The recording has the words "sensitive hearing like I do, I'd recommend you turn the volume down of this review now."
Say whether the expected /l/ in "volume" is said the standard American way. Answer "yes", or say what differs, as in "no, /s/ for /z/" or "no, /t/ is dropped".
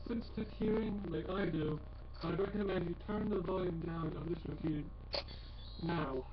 yes